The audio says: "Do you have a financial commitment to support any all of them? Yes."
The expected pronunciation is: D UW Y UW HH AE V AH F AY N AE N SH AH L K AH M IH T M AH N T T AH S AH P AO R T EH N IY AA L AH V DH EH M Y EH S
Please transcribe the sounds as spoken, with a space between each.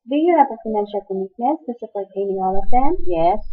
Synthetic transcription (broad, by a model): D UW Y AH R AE P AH F AY N AE N SH AH L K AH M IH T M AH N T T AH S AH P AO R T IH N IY AA L AH V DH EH M Y EH S